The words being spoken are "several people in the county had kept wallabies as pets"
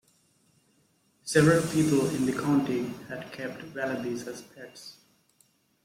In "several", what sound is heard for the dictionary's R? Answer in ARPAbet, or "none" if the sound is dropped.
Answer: R